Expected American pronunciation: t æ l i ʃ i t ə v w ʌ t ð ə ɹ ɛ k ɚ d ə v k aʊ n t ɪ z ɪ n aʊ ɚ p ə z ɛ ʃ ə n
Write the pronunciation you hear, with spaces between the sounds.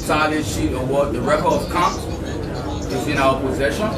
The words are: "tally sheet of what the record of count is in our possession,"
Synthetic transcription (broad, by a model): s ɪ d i ʃ i t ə w ʌ t ð ə ɹ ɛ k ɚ ə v k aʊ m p ɪ z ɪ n aʊ ɚ p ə z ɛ ʃ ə n